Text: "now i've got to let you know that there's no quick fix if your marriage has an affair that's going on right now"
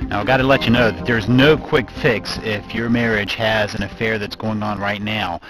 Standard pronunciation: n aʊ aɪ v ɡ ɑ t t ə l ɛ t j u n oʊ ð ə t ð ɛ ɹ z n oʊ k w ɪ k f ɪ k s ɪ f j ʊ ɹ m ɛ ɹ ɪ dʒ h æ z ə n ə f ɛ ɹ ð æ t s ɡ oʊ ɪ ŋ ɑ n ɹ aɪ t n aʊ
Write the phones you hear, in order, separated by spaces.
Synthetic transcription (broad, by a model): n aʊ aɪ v ɡ ɑ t t ə l ɛ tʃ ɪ n oʊ ð ə t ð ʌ ɹ z n oʊ k w ɪ k f ɪ k s ɪ f j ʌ ɹ m ɛ ɹ ɪ dʒ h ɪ z ə n ə f ɛ ɹ ð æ t s ɡ oʊ ɪ ŋ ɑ n ɹ aɪ t n aʊ